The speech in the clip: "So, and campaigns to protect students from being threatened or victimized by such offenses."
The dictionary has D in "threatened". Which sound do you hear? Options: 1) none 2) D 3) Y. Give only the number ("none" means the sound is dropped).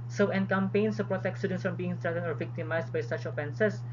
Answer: 1